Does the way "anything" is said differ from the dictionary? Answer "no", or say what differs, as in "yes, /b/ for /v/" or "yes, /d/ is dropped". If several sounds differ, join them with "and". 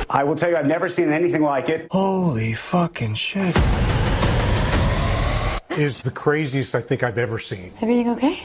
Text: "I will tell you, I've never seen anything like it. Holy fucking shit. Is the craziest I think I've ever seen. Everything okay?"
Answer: no